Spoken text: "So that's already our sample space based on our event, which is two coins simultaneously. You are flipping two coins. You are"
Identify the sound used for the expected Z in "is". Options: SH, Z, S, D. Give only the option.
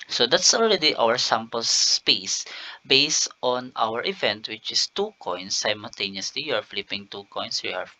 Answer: S